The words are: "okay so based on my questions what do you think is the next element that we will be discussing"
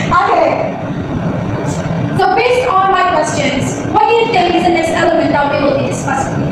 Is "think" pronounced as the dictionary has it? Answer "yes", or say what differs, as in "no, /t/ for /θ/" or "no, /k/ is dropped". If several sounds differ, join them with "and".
no, /t/ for /θ/